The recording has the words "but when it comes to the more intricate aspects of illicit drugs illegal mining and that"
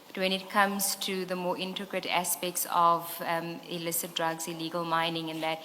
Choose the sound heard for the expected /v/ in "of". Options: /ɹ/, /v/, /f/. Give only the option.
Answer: /v/